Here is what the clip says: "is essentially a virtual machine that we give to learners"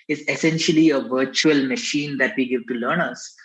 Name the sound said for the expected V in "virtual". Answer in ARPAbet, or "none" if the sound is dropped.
V